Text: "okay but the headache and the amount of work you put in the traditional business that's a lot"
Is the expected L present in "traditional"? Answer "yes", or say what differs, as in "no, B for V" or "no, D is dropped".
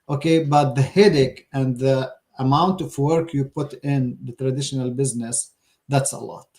yes